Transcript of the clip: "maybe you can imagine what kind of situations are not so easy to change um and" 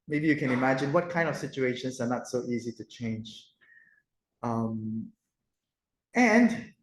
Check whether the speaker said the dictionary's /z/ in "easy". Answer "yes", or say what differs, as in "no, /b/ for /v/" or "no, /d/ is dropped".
yes